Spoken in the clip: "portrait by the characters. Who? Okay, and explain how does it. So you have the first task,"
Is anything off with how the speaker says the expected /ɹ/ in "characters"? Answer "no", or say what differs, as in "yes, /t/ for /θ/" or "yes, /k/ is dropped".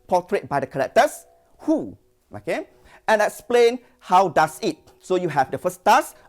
yes, /l/ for /ɹ/